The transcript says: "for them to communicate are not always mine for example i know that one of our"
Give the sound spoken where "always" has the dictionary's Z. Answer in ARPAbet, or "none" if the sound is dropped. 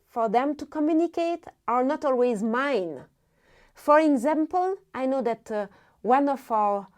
Z